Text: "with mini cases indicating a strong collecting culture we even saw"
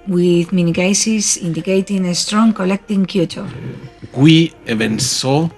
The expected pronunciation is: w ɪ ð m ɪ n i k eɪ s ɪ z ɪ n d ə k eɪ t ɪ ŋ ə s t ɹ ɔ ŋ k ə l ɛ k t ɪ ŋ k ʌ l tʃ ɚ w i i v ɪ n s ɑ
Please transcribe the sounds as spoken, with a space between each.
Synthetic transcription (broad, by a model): w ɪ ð m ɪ n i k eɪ s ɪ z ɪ n d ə k eɪ t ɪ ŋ ə s t ɹ ɔ ŋ k ə l ɛ k t ɪ ŋ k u tʃ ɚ w i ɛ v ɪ n s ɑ